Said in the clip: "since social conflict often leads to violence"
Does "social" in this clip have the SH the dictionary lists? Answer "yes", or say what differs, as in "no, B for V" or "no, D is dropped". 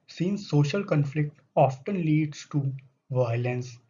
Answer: yes